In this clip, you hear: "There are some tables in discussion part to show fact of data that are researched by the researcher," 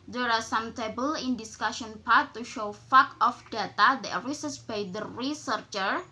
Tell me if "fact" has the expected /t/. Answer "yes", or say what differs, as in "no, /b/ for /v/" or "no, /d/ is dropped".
no, /t/ is dropped